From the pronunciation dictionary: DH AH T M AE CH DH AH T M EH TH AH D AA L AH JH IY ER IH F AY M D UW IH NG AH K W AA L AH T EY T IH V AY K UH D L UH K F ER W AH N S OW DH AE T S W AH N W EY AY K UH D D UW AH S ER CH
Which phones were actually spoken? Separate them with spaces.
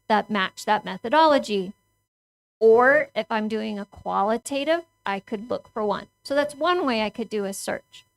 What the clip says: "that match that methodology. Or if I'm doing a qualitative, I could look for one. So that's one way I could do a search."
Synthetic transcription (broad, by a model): DH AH T M AE CH DH AH T M EH TH AH D AA L AH JH IY ER IH F AY M D UW IH NG AH K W AA L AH T EY T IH V AY K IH D L UH K F ER W AH N S OW DH AE T S W AH N W EY AY K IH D D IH AH S ER CH